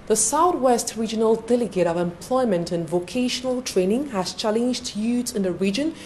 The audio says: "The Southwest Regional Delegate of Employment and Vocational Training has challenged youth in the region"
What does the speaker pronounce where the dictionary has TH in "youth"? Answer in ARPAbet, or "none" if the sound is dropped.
S